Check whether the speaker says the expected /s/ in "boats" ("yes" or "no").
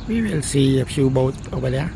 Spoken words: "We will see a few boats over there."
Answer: no